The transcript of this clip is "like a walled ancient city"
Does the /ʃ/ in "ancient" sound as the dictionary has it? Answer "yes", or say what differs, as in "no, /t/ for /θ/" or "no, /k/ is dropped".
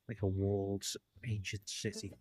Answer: yes